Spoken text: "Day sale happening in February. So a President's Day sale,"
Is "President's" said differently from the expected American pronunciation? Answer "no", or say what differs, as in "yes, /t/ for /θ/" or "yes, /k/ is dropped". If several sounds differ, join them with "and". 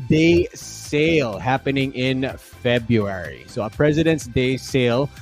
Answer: no